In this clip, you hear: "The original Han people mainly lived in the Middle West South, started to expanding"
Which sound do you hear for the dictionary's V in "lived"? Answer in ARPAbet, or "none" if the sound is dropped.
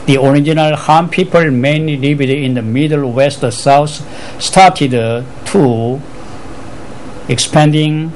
none